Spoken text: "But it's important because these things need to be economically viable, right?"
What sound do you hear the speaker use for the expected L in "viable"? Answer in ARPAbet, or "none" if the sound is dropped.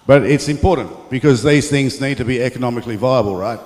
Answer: L